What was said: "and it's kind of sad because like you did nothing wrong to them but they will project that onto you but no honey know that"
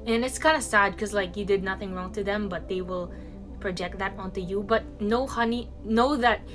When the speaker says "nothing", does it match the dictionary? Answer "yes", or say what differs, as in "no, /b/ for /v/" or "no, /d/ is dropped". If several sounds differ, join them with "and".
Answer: yes